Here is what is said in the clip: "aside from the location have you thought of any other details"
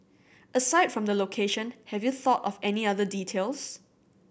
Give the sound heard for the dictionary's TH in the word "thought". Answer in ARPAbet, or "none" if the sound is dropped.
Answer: TH